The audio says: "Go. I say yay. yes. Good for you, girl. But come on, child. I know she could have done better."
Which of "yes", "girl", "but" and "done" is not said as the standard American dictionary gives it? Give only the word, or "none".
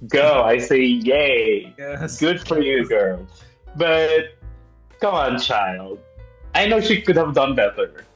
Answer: yes